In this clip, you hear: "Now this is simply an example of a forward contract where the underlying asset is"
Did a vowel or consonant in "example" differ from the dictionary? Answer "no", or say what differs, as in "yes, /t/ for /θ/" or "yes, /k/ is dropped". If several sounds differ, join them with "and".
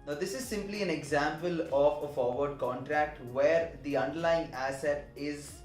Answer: no